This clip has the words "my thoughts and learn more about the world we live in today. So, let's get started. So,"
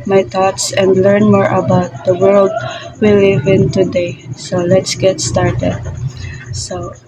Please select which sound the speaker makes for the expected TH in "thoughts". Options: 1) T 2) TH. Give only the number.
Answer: 1